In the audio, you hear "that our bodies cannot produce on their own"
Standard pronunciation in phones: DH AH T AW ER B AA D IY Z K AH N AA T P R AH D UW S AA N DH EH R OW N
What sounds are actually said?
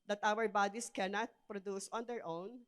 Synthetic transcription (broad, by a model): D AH T AW ER B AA D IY S K AH N AA T P R AH D UW S AA N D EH R OW N